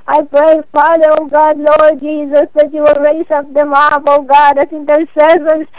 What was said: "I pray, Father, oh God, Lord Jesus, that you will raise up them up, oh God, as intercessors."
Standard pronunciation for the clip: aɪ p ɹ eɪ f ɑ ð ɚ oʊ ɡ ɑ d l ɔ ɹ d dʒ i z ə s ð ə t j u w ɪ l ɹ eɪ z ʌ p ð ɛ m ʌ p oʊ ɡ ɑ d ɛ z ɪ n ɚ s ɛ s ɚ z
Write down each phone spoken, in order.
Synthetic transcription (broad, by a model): aɪ p ɹ eɪ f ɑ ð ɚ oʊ ɡ ɑ d l ɔ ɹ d dʒ i z ə s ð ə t j u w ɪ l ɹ eɪ s ʌ p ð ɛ m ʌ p oʊ ɡ ɑ d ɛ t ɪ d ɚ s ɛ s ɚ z